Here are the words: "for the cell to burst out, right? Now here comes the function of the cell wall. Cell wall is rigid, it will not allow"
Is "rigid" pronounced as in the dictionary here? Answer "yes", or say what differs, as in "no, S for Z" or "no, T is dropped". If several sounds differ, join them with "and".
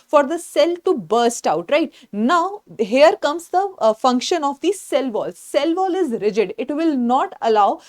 yes